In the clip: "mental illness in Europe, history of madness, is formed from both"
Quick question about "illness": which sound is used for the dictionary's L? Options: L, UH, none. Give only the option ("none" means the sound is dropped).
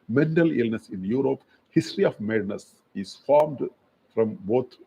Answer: L